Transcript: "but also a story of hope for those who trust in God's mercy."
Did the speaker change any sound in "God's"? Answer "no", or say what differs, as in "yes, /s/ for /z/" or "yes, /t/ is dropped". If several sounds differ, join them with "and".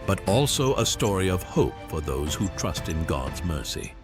no